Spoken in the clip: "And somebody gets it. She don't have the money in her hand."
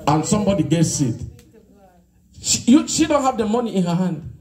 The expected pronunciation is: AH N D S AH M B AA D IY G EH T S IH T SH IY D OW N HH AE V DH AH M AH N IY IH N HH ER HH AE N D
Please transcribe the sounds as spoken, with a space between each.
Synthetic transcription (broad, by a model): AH N S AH M B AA D IY G EH T S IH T SH IY D OW N HH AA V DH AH M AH N IY IH N HH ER HH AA N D